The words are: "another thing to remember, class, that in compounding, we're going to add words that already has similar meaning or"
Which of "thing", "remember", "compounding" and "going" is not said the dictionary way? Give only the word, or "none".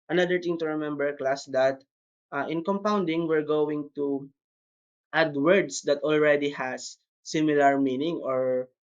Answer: thing